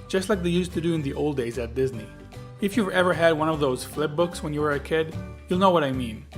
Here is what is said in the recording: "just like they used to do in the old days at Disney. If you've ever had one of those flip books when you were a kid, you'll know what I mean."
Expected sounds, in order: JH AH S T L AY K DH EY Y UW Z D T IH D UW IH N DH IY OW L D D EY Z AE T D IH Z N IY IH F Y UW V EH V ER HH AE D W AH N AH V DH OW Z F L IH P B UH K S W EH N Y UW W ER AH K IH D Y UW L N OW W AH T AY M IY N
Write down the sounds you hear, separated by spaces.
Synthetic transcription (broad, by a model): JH AH S T L AY K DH EY Y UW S T IH D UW IH N DH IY OW L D D EY Z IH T D IH Z N IY IH F Y UW V EH V ER HH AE D W AH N AH V DH OW Z F L IH P B UH K S W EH N Y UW W ER AH K IH D Y UW L N OW W AH T AY M IY N